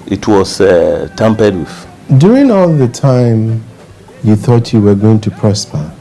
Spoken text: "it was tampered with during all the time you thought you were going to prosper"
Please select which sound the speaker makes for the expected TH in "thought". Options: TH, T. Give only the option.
TH